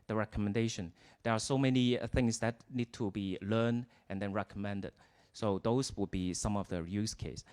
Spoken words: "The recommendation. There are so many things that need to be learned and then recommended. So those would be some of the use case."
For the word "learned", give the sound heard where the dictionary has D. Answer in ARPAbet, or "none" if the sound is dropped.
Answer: D